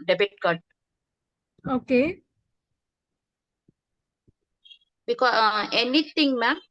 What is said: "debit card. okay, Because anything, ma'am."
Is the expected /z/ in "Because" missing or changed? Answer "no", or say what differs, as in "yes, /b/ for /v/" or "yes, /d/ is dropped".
yes, /z/ is dropped